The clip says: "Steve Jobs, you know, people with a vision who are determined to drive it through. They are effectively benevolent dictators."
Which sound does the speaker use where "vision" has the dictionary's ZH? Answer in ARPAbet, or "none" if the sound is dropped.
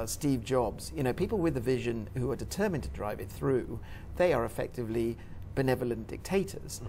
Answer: ZH